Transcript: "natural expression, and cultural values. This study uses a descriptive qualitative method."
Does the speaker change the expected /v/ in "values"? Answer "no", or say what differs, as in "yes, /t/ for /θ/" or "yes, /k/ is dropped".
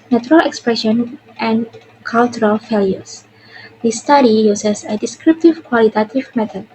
yes, /f/ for /v/